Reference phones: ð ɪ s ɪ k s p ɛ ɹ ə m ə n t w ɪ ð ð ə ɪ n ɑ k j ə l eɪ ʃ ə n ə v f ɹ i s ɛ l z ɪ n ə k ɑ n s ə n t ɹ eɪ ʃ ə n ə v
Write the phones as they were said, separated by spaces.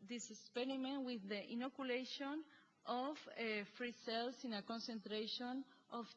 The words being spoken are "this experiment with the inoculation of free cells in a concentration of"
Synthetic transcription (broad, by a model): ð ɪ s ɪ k s p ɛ ɹ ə m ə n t w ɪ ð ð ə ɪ n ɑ k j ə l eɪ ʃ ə n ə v f ɹ i s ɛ l s ɪ n ə k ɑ n s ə n t ɹ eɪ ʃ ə n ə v